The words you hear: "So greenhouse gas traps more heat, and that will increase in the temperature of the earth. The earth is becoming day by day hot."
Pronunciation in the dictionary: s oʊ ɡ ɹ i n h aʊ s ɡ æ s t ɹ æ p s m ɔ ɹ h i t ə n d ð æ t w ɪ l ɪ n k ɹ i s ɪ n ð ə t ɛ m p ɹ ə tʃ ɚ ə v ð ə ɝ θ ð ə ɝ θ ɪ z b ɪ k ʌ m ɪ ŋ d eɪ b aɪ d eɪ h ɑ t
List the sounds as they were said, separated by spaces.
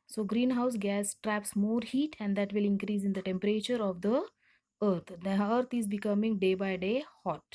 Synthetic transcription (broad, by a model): s oʊ ɡ ɹ i n h aʊ s ɡ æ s t ɹ æ p s m ɔ ɹ h i t ə n d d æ t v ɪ l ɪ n k ɹ i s ɪ n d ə t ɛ m p ɹ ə tʃ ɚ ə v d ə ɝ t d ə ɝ t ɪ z b ɪ k ʌ m ɪ ŋ d eɪ b aɪ d eɪ h ɑ t